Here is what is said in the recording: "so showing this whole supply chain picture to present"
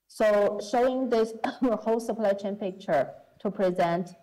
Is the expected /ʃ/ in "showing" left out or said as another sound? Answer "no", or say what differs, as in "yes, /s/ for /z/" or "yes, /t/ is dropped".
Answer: no